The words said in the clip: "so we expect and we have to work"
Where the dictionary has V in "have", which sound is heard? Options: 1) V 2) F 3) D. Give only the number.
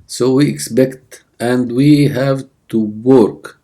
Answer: 1